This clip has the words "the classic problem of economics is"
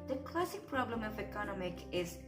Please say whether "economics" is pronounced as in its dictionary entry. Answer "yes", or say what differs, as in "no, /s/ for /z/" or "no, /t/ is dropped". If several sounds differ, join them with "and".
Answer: no, /s/ is dropped